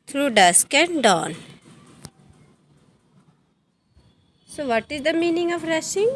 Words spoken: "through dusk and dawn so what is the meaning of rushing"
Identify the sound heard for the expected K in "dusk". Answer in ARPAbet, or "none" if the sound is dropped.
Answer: K